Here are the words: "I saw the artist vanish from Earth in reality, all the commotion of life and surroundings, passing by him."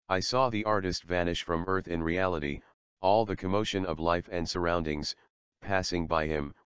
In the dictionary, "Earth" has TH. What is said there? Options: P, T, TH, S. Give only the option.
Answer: TH